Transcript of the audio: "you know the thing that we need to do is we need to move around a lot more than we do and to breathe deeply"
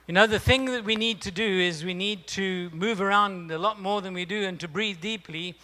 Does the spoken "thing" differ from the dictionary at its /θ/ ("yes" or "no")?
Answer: no